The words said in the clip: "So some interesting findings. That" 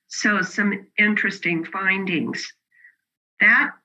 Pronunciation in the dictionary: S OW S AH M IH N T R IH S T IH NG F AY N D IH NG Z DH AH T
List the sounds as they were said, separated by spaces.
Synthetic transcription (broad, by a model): S OW S AH M IH N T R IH S T IH NG F AY N D IH NG Z DH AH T